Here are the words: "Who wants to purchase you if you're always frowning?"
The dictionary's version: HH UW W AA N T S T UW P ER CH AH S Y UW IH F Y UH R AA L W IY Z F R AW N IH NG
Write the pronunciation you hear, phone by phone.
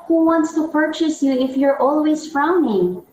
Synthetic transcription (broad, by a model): HH UW W AA N T S T UW P ER CH AH S Y UW IH F Y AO R AA L W IY Z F R AW N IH NG